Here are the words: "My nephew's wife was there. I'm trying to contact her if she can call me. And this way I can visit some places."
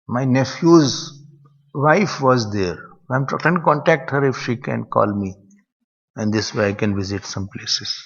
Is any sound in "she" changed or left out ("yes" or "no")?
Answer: no